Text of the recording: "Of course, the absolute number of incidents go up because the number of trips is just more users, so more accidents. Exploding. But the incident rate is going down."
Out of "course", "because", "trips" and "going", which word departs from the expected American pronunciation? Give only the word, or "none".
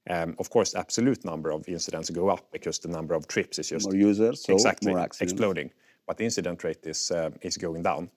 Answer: because